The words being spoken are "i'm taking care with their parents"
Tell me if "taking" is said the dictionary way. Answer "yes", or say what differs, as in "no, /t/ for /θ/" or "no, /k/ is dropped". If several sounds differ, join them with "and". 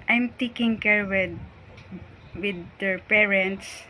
yes